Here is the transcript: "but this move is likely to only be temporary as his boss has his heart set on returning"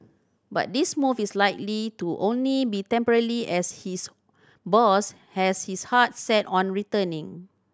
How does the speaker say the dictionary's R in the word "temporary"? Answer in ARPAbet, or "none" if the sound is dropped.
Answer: L